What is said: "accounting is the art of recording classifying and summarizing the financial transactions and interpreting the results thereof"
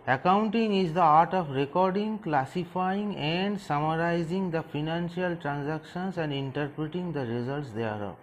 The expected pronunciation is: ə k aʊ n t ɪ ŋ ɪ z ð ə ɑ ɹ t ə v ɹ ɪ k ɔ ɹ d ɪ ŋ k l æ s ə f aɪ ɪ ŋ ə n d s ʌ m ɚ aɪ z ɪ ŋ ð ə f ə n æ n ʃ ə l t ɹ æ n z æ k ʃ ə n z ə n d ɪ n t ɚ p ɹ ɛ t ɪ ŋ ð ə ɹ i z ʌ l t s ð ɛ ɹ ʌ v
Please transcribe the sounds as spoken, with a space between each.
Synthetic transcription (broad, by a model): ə k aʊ n t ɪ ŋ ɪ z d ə ɑ ɹ t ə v ɹ ɪ k ɔ ɹ d ɪ ŋ k l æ s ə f aɪ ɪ ŋ ə n d s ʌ m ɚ aɪ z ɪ ŋ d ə f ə n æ n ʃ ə l t ɹ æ n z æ k ʃ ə n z ə n d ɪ n t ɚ p ɹ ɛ t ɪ ŋ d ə ɹ i z ʌ l t s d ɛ ɹ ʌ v